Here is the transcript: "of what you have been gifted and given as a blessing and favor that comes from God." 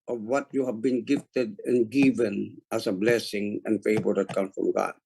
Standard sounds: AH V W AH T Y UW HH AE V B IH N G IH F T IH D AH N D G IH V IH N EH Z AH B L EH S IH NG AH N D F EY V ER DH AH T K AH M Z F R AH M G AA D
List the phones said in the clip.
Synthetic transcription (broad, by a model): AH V W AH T Y UW HH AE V B IH N G IH F T IH D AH N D G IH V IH N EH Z AH B L EH S IH NG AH N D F EY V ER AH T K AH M F R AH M G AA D